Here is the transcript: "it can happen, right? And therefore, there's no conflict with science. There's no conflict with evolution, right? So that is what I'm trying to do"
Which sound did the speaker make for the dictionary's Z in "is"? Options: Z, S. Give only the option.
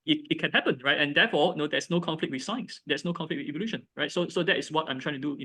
S